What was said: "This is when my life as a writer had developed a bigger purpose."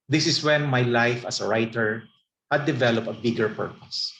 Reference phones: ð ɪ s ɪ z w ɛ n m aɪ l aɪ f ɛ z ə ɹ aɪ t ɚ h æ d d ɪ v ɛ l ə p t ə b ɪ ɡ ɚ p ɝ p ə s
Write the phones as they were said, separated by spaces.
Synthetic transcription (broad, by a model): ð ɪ s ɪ s w ɛ n m aɪ l aɪ f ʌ s ə ɹ aɪ t ɚ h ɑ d d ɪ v ɛ l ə p ə b ɪ ɡ ɚ p ɝ p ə s